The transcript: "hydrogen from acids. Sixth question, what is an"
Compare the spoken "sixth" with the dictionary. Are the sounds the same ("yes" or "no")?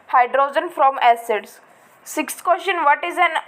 no